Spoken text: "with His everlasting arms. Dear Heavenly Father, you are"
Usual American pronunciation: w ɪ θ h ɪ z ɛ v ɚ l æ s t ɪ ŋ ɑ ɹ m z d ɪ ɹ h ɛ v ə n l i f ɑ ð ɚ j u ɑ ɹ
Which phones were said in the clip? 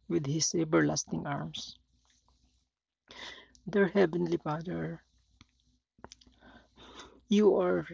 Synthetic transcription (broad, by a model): w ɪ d h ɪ s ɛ b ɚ l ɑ s t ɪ ŋ ɑ ɹ m s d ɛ ɹ h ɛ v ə n l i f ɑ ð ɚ j u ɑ ɹ